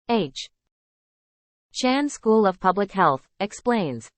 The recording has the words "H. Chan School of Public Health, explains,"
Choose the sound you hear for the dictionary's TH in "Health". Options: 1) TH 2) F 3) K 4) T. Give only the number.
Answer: 1